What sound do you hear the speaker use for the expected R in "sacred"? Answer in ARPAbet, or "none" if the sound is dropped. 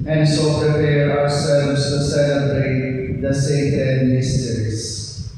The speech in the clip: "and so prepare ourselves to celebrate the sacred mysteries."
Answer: none